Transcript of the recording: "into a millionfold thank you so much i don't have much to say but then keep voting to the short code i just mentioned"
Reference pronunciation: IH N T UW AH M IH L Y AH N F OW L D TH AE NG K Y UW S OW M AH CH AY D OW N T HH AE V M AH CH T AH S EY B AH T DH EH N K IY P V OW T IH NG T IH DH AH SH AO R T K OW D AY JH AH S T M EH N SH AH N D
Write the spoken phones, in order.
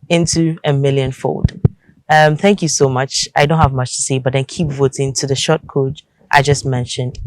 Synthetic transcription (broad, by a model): IH N T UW AH M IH L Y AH N F OW L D TH AE NG K Y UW S OW M AH CH AY D OW N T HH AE V M AH CH T AH S EY B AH T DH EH N K IY P V OW T IH NG T IH DH AH SH AO T K OW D AY JH AH S T M EH N SH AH N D